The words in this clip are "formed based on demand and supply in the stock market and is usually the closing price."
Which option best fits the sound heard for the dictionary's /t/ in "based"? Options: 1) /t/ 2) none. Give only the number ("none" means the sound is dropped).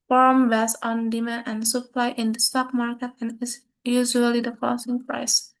2